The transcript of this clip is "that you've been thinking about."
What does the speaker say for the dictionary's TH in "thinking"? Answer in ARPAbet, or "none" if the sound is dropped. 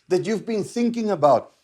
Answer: TH